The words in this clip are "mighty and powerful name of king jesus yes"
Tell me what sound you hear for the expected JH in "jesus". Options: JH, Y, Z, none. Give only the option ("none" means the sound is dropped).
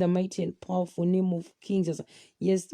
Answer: Z